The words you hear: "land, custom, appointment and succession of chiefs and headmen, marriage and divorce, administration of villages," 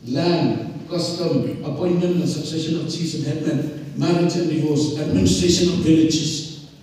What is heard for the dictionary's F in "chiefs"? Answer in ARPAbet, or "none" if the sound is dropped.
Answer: none